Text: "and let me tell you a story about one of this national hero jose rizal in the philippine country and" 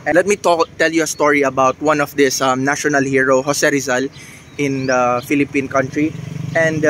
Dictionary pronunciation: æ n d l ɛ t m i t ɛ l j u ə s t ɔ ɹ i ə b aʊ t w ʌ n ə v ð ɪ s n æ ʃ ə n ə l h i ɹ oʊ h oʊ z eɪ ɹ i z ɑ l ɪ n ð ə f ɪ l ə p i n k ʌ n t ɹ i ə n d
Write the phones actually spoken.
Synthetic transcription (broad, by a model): l ɛ t m i t ɛ l j u ə s t ɔ ɹ i ə b aʊ t w ʌ n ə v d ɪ s n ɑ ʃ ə n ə l h i ɹ oʊ h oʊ s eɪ ɹ i z ɑ l ɪ n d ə f ɪ l ə p i n k ʌ n t ɹ i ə n d